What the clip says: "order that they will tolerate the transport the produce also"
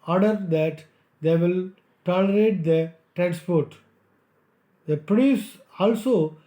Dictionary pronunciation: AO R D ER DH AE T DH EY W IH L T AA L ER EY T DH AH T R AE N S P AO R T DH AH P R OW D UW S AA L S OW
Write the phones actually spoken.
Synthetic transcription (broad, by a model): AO R D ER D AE T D EY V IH L T AA L ER EY T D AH T R AE N S P AO R T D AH P OW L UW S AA L S OW